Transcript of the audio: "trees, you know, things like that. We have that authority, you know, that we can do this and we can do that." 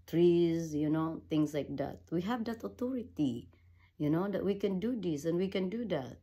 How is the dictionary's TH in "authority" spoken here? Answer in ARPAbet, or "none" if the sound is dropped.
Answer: T